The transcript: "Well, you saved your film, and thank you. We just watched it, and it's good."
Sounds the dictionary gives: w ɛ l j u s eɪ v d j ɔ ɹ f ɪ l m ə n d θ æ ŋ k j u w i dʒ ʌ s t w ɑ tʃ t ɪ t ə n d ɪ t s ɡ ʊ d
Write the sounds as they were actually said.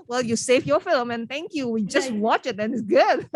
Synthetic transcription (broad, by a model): w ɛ l j u s eɪ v j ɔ f ɪ l m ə n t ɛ ŋ k j u w i dʒ ʌ s t w ɑ tʃ ɪ t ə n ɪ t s ɡ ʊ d